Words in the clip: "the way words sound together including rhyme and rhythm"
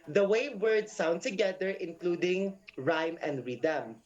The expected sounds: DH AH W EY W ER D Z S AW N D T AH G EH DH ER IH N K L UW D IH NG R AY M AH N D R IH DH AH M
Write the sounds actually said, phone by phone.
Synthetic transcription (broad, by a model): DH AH W EY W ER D S AW N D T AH G EH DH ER IH N K L UW D IH NG R AY M AH N D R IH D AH M